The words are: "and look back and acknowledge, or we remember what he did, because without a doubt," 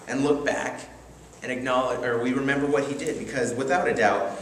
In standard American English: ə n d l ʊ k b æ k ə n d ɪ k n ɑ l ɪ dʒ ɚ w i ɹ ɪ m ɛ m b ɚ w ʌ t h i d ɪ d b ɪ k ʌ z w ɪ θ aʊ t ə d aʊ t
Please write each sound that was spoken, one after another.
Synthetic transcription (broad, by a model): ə n l ʊ k b æ k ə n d ɪ k n ɑ l ɪ dʒ ɚ w i ɹ ɪ m ɛ m b ɚ w ʌ t h i d ɪ d b ɪ k ʌ z w ɪ θ aʊ t ə d aʊ t